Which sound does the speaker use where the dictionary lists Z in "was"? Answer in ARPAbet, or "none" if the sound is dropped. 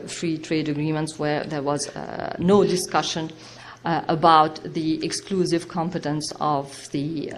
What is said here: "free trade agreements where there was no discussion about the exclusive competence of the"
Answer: Z